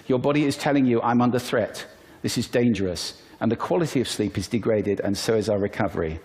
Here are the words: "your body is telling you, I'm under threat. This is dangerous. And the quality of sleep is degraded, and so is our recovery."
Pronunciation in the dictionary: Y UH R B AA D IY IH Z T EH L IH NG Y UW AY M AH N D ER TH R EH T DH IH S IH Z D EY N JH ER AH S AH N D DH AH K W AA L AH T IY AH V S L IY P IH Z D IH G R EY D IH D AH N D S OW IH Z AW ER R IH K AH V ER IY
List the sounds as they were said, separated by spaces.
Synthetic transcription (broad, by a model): Y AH R B AA D IY IH Z T EH L IH NG Y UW AY M AH N D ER TH R EH T DH IH S IH Z D EY N JH ER AH S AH N DH AH K W AA L AH T IY AH V S L IY P IH Z D IH G R EY D IH D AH N S OW IH Z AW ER R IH K AH V ER IY